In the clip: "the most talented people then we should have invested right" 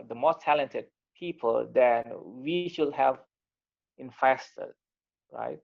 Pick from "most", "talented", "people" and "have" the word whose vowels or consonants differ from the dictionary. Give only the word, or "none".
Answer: none